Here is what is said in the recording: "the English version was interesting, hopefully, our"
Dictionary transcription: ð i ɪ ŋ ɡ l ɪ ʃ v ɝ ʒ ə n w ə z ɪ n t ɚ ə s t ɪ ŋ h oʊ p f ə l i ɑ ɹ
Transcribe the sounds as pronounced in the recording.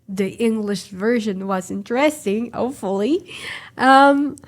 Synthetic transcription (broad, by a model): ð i ɪ ŋ ɡ l ɪ ʃ v ɝ ʒ ə n w ə z ɪ n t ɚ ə s t ɪ ŋ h oʊ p f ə l i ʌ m